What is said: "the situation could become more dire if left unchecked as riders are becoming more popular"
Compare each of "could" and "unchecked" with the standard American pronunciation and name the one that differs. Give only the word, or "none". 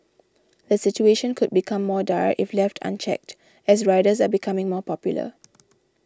none